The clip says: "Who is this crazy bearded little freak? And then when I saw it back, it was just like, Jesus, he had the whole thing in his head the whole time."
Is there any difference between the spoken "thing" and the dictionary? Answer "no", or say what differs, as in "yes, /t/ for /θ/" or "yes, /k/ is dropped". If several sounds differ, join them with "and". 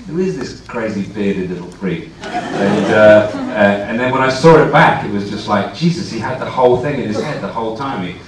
no